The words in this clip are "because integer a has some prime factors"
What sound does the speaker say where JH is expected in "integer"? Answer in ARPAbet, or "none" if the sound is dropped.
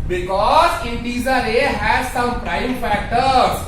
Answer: Z